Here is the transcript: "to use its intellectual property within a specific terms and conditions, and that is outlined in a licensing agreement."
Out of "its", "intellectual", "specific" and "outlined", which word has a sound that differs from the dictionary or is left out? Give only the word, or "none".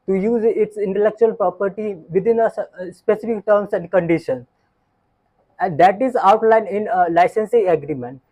outlined